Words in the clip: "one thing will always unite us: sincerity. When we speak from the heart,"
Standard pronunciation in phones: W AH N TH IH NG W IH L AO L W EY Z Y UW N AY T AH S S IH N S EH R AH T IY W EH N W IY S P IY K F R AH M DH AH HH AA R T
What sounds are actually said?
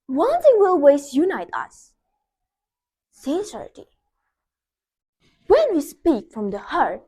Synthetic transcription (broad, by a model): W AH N S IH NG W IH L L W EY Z Y UW N AY T AH S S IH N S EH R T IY W EH N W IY S P IY K F R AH M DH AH HH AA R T